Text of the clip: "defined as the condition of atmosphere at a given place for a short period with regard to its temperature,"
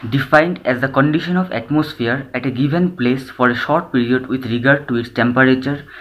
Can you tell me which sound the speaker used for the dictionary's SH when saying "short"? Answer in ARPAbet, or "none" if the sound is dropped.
SH